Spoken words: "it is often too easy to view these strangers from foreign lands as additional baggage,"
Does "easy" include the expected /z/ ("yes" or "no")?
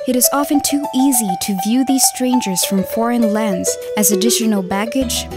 yes